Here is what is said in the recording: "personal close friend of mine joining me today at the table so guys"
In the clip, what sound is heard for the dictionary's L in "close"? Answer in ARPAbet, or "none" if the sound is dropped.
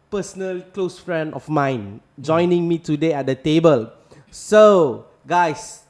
L